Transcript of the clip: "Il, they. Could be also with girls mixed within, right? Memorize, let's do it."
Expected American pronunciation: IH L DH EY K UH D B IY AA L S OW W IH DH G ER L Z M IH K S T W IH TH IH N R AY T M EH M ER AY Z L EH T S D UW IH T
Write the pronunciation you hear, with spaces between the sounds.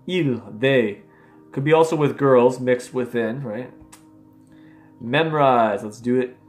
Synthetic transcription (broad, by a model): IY L DH EY K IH D B IY AA L S OW W IH DH G ER L Z M IH K S T W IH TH IH N R AY T M EH M ER AY Z L EH T S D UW IH T